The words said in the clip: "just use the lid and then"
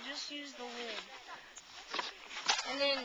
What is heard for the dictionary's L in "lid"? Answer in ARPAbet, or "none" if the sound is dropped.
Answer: W